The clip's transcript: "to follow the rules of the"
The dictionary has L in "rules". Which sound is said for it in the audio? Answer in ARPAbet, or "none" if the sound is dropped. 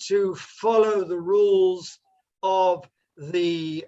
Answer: L